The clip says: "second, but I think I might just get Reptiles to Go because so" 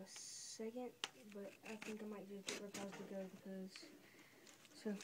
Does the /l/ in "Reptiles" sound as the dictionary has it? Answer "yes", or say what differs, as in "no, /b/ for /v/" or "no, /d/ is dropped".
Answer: no, /l/ is dropped